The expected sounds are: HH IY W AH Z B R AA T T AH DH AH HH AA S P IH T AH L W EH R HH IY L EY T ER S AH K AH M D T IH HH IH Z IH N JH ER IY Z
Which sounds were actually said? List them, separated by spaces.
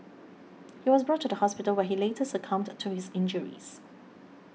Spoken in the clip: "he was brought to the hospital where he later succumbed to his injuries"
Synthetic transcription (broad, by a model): HH IY W AH Z B R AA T T AH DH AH HH AA S P IH T AH L W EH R HH IY L EY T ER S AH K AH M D T IH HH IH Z IH N JH ER IY Z